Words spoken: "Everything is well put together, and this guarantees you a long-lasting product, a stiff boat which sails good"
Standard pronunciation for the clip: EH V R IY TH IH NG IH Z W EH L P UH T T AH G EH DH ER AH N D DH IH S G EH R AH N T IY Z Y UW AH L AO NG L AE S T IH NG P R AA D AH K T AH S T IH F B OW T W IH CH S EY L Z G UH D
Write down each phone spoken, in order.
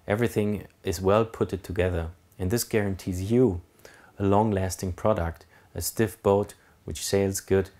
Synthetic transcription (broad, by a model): EH V R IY TH IH NG IH Z W EH L P UH T T AH G EH DH ER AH N DH IH S G EH R AH N T IY Z Y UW AH L AO NG L AE S T IH NG P R AA D AH K T AH S T IH F B OW T W IH CH S EY L Z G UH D